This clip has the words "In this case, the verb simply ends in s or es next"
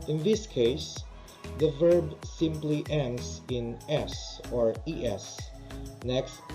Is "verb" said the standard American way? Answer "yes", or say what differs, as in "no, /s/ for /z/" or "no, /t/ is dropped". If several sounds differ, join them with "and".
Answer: yes